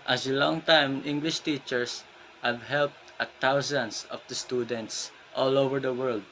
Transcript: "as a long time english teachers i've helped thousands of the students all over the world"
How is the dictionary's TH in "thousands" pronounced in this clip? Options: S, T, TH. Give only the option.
T